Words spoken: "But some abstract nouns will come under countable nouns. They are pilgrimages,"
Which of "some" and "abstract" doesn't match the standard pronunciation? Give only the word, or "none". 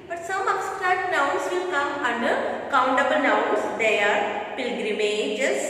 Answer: abstract